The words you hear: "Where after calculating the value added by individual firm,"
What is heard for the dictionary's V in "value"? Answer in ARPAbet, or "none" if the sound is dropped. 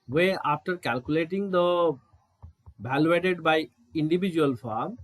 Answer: B